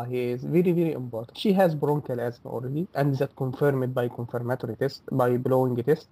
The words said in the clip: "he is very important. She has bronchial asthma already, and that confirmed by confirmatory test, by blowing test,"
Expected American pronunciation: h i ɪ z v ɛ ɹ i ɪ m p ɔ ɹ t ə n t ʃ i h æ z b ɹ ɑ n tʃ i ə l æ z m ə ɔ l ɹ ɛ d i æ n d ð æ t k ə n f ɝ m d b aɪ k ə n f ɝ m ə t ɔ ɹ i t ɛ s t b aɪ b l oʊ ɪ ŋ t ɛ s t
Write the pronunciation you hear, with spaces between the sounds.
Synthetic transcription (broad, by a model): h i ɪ z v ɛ ɹ i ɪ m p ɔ ɹ t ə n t ʃ i h æ z b ɹ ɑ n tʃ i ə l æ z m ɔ l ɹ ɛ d i æ n d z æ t k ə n f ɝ m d b aɪ k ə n f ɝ m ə t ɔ ɹ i t ɛ s t b aɪ b l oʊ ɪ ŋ t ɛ s t